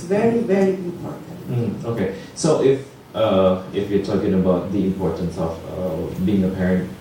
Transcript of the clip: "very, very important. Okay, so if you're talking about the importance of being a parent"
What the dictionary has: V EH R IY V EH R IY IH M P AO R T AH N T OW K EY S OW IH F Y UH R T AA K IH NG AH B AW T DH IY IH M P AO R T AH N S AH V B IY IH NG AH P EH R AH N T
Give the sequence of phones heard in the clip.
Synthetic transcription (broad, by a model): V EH R IY V EH R IY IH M P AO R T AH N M OW K EY S OW IH F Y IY T AA K IH NG AH B AW T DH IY IH M P AO R T AH N S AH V B IY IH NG AH P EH R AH N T